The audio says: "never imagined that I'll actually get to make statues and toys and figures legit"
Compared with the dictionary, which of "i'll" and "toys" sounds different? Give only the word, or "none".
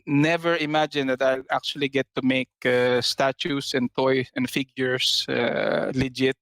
toys